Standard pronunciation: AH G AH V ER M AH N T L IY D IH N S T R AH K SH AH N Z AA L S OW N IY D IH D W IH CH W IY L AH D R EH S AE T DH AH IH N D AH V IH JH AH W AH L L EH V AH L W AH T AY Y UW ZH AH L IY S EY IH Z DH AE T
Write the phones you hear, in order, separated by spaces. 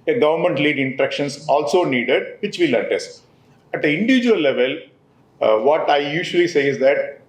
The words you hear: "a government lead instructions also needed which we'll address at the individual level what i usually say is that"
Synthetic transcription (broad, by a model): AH G AH V ER M AH N T L IY D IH N T R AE K SH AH N S AA L S OW N IY D IH D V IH CH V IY L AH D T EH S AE T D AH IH N D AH V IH JH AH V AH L L EH V AH L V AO T AY Y UW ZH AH L IY S EY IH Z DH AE T